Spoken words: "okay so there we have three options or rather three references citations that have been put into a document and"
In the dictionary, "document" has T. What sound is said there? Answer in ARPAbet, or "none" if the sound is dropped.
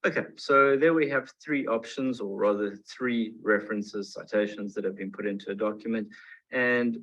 T